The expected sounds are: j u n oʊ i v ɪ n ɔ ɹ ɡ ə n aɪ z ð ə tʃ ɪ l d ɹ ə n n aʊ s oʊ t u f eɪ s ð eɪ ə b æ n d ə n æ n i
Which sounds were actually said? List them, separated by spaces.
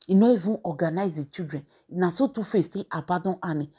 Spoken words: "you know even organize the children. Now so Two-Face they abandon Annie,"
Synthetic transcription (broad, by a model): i n oʊ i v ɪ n ɔ ɡ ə n aɪ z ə tʃ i d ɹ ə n n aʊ s oʊ t u f eɪ s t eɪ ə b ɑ d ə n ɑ n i